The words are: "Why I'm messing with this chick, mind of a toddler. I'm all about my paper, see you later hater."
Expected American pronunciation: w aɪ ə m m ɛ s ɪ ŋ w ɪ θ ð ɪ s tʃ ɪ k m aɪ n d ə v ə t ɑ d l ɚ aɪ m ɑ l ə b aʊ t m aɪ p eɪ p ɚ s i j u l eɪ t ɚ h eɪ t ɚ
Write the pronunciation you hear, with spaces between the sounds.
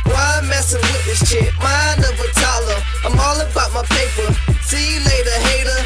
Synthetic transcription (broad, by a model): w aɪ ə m m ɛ s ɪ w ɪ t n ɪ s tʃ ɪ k m aɪ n ə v ə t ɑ l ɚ aɪ m ɑ l ə b aʊ t m aɪ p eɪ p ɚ s i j l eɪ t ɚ h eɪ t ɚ